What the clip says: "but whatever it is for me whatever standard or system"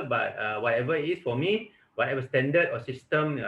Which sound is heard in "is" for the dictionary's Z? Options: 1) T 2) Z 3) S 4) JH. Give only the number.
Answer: 3